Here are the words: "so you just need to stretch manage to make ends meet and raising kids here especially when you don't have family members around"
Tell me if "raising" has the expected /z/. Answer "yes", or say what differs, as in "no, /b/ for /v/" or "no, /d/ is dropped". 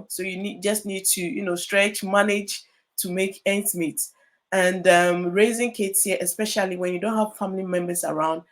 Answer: yes